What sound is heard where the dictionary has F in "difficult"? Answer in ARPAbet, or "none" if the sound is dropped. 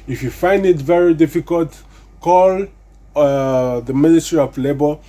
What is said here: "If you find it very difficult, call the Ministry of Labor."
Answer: F